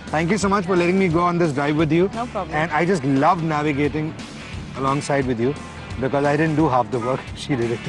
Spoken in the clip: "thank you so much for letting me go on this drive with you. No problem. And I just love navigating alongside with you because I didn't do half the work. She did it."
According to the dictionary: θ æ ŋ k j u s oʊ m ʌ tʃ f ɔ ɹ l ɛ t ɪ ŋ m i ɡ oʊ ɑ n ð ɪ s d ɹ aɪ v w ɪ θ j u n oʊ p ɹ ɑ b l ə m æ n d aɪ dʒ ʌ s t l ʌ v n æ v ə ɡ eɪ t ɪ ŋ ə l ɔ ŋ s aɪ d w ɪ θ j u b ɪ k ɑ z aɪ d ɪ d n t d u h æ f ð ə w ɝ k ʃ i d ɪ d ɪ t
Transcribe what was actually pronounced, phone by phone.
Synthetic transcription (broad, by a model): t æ ŋ k j u s oʊ m ʌ tʃ f ɔ ɹ l ɛ t ɪ ŋ m i ɡ oʊ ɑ n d ɪ s d ɹ aɪ v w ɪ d j u n oʊ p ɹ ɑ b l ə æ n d aɪ dʒ ʌ s t l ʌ v n æ v ə ɡ eɪ t ɪ ŋ ə l ɔ ŋ s aɪ d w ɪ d j u b ɪ k ɑ z aɪ d ɪ d n t d u h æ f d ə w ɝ k ʃ i d ɪ d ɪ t